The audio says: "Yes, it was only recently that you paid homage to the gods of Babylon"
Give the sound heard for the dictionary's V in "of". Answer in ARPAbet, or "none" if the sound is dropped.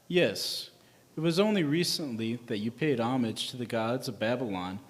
V